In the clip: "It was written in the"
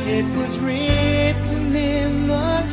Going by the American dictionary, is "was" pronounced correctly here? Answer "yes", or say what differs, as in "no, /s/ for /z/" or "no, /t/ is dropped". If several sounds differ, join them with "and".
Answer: yes